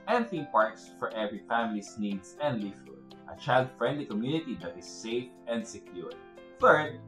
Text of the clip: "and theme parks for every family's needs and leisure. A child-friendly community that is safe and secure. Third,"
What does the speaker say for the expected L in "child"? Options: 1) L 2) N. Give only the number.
1